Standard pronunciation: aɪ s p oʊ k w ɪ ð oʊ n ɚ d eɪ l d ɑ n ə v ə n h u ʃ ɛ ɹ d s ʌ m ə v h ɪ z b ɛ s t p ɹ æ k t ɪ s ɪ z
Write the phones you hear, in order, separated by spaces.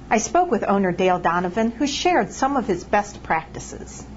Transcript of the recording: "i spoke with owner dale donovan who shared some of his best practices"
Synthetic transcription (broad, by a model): aɪ s p oʊ k w ɪ ð oʊ n ɚ d eɪ l d ɑ n ə v ə n h u ʃ ɛ ɹ d s ʌ m ə v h ɪ z b ɛ s t p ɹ æ k t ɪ s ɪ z